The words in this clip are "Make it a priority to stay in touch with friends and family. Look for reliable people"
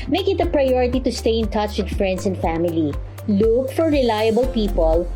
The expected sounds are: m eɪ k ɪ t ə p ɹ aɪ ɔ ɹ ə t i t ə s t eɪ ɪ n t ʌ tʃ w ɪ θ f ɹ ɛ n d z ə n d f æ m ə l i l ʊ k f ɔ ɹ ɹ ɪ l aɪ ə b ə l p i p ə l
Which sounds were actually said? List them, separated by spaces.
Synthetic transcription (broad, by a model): m eɪ k ɪ t ə p ɹ aɪ ɔ ɹ ə t i t ə s t eɪ ɪ n t ʌ tʃ w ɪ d f ɹ ɛ n d s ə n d f æ m ə l i l ʊ k f ɔ ɹ ɹ ɪ l aɪ ə b ə l p i p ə l